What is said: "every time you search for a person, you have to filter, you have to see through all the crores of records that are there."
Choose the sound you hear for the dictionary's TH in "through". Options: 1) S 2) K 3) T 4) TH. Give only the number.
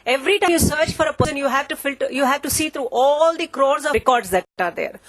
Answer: 3